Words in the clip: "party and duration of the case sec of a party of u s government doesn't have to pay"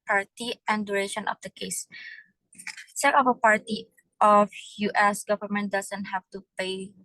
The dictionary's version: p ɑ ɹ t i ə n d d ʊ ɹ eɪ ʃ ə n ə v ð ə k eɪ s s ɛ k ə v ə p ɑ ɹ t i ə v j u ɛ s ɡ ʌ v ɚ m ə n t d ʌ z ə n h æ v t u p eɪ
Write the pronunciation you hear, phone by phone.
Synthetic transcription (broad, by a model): p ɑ ɹ t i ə n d d ʊ ɹ eɪ ʃ ə n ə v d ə k eɪ s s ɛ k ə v ə p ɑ ɹ t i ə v j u ɛ s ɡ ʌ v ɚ m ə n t d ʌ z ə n h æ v t u p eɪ